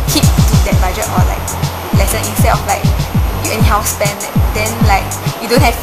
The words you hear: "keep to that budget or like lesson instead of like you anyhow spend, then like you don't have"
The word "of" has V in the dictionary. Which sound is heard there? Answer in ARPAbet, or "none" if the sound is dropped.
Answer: F